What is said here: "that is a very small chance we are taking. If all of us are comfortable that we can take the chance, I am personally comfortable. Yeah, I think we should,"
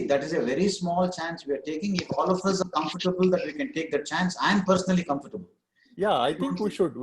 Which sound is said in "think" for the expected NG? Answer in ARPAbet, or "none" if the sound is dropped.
none